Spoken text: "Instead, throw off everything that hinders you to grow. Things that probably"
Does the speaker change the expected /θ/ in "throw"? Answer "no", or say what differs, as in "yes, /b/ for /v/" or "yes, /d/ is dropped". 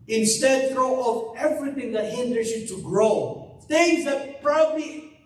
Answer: yes, /f/ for /θ/